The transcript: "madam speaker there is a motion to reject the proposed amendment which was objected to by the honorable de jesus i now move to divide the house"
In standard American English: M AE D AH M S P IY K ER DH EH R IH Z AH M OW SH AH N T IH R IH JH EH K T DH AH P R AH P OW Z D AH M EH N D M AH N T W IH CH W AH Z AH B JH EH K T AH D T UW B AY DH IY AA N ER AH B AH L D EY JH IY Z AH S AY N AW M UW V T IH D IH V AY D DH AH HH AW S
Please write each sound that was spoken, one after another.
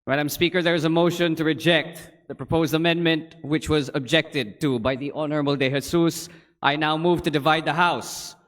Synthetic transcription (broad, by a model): M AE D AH M S P IY K ER DH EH R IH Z AH M OW SH AH N T IH R IH JH EH K T DH AH P R AH P OW Z D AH M EH N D M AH N T W IH CH W AH Z AH B JH EH K T AH D T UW B AY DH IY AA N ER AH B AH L D EY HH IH S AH S AY N AW M UW V T IH D IH V AY D DH AH HH AW S